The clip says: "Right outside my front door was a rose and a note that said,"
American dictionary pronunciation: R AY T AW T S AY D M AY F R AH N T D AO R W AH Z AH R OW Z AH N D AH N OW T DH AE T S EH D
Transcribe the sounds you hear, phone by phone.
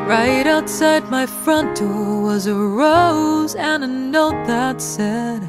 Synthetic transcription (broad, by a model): R AY T AW T S AY D M AY F R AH N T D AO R W AH Z AH R OW Z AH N N OW T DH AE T S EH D